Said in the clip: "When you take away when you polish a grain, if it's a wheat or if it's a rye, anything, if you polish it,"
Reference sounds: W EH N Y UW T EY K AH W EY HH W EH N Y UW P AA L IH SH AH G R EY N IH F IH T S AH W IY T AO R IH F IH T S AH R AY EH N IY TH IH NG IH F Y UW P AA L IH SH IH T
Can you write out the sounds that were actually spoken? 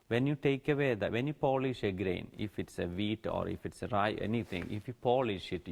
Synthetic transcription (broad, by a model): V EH N Y UW T EY K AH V EY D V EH N Y UW P AA L IH SH AH G R EY N IH F IH T S AH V IY T AO R IH F IH T S AH R AY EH N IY T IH NG IH F Y UW P AA L IH SH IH T